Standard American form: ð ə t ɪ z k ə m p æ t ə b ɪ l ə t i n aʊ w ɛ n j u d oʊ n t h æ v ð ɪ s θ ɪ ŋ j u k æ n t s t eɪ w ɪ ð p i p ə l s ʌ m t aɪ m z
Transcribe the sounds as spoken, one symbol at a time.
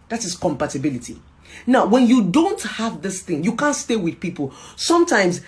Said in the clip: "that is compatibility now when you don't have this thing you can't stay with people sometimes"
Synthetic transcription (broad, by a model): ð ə t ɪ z k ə m p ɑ t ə b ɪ l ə t i n aʊ w ɛ n j u d oʊ n t h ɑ v ð ɪ s θ ɪ ŋ j u k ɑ n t s t eɪ w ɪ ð p i p ə l s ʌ m t aɪ m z